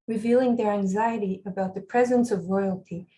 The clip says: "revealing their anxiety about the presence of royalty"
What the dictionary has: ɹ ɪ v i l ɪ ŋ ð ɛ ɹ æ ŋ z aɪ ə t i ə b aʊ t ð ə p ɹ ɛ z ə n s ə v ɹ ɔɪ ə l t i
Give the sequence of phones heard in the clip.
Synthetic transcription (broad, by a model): ɹ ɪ v i l ɪ ŋ ð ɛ ɹ æ ŋ z aɪ ə t i ə b aʊ t ð ə p ɹ ɛ z ə n s ə v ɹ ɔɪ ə l t i